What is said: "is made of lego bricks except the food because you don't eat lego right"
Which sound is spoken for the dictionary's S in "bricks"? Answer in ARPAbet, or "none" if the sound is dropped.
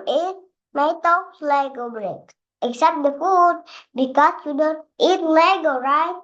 none